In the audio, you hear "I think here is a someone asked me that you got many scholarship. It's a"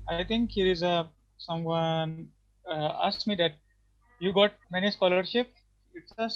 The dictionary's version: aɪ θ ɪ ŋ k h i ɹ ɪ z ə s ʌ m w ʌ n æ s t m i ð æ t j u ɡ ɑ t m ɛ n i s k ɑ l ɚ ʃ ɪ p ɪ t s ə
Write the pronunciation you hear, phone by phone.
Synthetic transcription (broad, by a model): aɪ t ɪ ŋ k h i ɹ ɪ z ə s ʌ m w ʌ n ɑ s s m i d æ t j u ɡ ɑ t m ɛ n i s k ɑ l ɚ ʃ ɪ p ɪ t s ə